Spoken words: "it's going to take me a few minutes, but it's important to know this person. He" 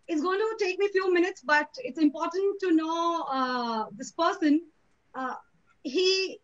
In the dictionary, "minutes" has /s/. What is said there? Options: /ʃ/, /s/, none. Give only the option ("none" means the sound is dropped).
/s/